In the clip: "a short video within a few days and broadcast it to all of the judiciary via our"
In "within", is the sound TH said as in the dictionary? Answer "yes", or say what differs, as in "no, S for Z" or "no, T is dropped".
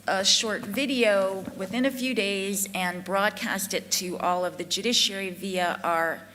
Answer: yes